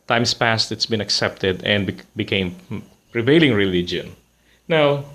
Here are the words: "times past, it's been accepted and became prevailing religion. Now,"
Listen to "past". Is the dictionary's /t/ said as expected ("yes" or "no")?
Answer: yes